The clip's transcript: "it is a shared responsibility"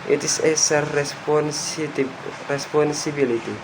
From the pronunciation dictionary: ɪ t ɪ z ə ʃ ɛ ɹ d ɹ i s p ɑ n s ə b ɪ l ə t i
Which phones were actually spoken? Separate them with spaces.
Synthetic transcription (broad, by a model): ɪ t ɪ s ə s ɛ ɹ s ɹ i s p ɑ n s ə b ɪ l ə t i